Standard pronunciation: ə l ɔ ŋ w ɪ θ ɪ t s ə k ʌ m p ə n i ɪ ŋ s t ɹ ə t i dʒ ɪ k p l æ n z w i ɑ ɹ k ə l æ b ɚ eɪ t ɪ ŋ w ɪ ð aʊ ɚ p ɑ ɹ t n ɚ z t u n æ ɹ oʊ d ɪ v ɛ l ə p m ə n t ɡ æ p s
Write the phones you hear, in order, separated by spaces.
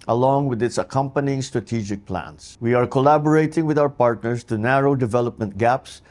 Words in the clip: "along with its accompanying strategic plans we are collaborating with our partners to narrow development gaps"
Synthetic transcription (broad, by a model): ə l ɔ ŋ w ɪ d ɪ t s ə k ʌ m p ə n i ɪ ŋ s t ɹ ə t i dʒ ɪ k p l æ n s w i ɑ ɹ k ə l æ b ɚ eɪ t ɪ ŋ w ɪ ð aʊ ɚ p ɑ ɹ t n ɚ s t u n æ ɹ oʊ d ɪ v ɛ l ə p m ə n t ɡ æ p s